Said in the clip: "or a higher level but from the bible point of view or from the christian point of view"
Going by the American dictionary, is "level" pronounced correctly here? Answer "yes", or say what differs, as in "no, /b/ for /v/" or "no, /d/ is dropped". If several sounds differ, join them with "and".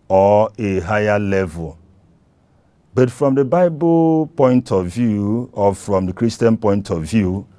yes